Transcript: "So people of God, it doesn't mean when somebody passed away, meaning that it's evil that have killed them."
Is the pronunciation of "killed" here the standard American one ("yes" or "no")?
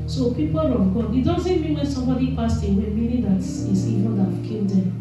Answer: no